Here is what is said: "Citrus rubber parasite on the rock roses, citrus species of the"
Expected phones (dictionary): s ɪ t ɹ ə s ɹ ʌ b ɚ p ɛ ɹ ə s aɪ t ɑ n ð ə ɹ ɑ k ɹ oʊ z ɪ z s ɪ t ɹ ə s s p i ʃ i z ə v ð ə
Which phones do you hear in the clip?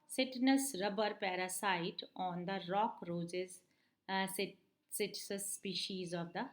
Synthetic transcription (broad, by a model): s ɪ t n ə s ɹ ʌ b ɚ p ɛ ɹ ə s aɪ t ɑ n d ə ɹ ɑ k ɹ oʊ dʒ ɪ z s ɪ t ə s s p i ʃ i z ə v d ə